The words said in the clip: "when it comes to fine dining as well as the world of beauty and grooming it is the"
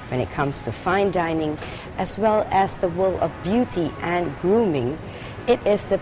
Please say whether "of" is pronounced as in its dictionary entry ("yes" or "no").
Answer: yes